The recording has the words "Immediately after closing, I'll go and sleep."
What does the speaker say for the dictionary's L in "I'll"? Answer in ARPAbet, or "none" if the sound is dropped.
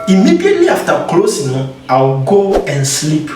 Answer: W